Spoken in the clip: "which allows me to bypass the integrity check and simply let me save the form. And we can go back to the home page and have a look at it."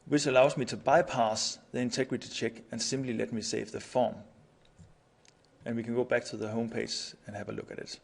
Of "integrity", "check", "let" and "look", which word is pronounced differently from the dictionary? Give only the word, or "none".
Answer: none